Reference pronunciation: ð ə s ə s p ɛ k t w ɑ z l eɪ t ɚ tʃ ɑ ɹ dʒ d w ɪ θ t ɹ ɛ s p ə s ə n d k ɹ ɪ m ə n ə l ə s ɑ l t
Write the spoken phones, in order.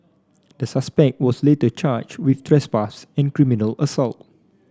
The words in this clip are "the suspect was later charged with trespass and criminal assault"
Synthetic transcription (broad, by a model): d ə s ə s p ɛ k t w ɑ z l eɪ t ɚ tʃ ɑ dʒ w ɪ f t ɹ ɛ s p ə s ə n k ɹ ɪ m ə n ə l ə s ɑ l t